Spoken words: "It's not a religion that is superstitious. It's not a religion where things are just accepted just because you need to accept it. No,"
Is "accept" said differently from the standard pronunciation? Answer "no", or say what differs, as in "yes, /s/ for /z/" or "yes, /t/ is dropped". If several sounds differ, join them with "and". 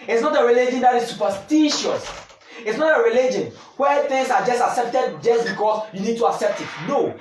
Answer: no